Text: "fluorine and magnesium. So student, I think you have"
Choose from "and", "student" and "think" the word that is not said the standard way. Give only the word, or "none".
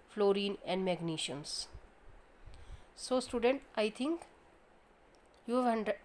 think